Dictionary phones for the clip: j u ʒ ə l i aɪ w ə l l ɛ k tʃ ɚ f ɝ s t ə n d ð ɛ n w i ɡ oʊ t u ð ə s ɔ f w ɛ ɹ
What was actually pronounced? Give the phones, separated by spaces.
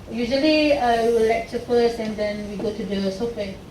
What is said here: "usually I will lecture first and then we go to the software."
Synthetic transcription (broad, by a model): j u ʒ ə l i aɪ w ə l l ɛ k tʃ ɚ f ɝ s ə n d ɛ n w i ɡ oʊ t u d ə s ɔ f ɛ